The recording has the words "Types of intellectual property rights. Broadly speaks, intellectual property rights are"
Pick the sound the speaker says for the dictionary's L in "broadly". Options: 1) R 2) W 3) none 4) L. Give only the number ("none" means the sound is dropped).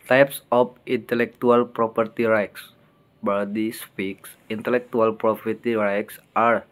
3